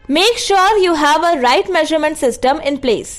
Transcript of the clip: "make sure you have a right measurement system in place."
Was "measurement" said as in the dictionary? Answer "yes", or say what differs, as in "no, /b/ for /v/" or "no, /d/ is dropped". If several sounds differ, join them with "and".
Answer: yes